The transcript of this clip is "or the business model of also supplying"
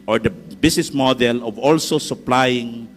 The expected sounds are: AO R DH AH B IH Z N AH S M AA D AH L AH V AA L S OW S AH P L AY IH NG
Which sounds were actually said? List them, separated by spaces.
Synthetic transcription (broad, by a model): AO R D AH B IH S N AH S M AA D AH L AH V AA L S OW S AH P L AY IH NG